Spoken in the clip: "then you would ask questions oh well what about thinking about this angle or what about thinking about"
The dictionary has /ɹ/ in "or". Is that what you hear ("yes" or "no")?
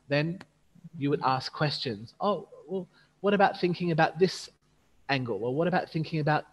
no